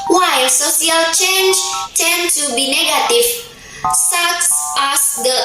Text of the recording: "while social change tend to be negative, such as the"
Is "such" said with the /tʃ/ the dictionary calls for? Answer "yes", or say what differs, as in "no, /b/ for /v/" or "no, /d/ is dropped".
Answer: no, /s/ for /tʃ/